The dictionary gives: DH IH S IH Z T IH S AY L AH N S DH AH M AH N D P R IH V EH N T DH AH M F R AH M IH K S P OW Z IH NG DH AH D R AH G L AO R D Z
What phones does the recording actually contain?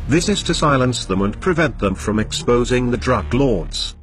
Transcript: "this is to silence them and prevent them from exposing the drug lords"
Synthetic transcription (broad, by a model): DH IH S IH Z T IH S AY L AH N S DH AH M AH N P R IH V EH N DH AH M F R AH M IH K S P OW Z IH NG DH AH D R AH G L AO R D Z